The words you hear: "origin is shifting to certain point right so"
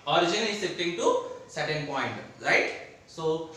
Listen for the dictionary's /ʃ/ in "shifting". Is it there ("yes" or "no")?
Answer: no